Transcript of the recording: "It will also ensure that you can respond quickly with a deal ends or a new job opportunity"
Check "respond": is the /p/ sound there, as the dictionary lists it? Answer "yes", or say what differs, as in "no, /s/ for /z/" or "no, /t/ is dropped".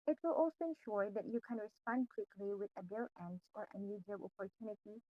yes